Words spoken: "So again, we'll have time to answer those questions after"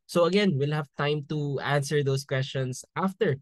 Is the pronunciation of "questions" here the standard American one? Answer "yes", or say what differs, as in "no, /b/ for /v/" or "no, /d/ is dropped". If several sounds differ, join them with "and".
no, /s/ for /z/